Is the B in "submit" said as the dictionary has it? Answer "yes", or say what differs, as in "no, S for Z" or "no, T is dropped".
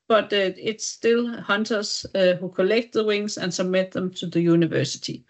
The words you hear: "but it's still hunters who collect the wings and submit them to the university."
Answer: yes